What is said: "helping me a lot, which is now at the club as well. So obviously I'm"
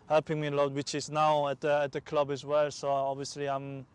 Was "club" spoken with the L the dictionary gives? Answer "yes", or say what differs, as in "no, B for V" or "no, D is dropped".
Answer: yes